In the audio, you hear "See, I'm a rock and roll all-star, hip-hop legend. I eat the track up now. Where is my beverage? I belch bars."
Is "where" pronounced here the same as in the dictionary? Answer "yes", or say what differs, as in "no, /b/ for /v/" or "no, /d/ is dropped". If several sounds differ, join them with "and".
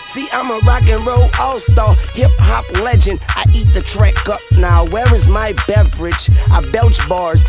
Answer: yes